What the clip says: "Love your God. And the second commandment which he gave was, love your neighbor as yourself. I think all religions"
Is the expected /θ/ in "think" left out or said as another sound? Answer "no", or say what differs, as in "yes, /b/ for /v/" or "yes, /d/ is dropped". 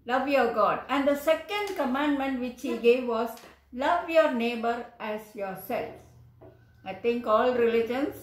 yes, /t/ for /θ/